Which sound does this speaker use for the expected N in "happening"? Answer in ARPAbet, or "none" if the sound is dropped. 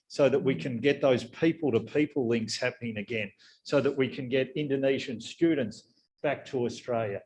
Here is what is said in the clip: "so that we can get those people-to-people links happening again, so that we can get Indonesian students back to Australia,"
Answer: N